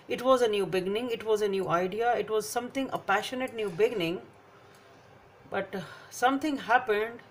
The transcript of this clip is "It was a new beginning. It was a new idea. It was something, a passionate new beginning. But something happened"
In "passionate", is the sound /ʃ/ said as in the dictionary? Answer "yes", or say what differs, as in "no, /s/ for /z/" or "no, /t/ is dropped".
yes